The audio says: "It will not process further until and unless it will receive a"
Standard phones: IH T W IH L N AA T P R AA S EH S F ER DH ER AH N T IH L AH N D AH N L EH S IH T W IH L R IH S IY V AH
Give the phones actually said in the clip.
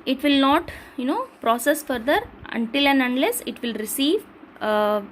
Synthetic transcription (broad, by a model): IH T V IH L N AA T P R AA S EH S F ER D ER AH N T IH L AH N D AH N L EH S IH T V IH L R IH S IY V